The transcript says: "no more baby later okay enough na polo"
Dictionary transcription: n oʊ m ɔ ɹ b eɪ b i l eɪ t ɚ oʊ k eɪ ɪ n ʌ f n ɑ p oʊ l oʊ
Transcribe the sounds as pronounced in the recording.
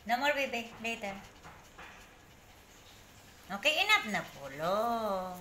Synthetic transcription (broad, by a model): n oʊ m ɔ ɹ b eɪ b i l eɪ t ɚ oʊ k eɪ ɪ n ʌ p n ɑ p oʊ l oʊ